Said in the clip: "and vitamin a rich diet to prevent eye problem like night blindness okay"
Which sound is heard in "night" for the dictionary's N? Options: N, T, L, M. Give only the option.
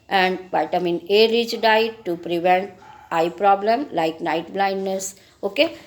N